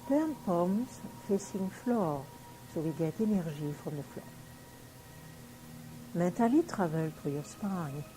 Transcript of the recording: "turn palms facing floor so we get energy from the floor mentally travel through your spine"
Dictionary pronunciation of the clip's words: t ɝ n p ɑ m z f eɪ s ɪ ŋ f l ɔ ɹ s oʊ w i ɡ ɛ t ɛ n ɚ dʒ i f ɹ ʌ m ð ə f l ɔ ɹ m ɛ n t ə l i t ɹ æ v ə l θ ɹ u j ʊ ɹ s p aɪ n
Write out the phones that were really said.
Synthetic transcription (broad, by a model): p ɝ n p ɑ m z f eɪ s ɪ ŋ f l ɔ ɹ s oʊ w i ɡ ɛ t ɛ n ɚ ʒ i f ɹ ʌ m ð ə f l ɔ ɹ m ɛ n t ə l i t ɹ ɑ v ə l t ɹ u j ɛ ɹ s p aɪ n